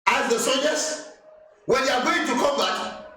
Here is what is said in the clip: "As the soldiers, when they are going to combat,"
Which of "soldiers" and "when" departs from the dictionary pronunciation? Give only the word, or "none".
soldiers